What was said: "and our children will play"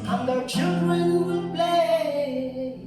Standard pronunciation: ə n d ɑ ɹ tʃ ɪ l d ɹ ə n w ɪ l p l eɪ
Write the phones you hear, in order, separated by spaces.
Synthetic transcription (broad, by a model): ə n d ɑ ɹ tʃ ɪ l d ɹ ə n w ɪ n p l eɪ